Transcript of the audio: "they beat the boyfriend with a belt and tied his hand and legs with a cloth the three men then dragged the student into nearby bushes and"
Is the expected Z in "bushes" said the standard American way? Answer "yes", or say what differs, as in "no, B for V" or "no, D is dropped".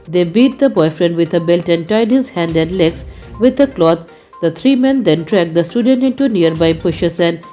no, S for Z